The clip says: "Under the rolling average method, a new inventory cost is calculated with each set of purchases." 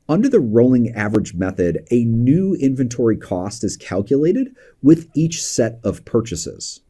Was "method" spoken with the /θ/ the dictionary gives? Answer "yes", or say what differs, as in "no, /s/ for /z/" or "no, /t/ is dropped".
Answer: yes